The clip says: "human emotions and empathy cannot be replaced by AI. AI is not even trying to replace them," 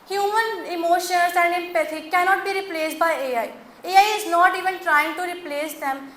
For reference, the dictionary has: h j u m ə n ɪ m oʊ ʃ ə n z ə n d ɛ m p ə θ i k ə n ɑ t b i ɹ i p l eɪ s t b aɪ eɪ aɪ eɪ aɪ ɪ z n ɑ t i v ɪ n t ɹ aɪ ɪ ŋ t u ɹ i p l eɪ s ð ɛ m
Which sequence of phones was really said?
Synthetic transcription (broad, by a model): h j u m ə n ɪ m oʊ ʃ ə n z ə n d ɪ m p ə t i k ə n ɑ t b i ɹ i p l eɪ s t b aɪ eɪ aɪ eɪ aɪ ɪ z n ɑ t i v ɪ n t ɹ aɪ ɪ ŋ t u ɹ i p l eɪ s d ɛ m